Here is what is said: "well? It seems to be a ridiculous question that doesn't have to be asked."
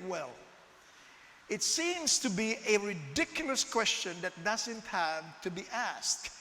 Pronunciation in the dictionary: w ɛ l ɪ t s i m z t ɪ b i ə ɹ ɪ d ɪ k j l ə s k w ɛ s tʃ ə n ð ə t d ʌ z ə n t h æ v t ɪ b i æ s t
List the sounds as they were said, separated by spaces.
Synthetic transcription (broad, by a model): w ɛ l ɪ t s i m z t ɪ b i ə ɹ ɪ d ɪ k j l ə s k w ɛ s tʃ ə n ð ə t d ʌ z ə n t h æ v t ɪ b i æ s t